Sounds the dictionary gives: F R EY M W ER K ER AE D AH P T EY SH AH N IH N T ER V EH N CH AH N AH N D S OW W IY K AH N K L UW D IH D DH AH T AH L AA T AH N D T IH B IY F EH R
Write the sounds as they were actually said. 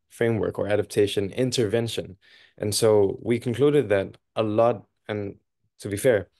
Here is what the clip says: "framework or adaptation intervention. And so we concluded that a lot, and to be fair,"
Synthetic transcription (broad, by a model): F R EY M W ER K ER AE D AH P T EY SH AH N IH N T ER V EH N SH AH N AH N S OW W IY K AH N K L UW D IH D DH AH T AH L AA T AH N T IH B IY F EH R